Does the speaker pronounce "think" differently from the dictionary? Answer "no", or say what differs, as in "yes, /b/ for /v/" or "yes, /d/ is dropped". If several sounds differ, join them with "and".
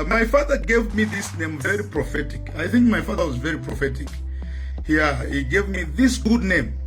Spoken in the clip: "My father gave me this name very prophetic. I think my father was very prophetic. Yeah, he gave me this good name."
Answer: no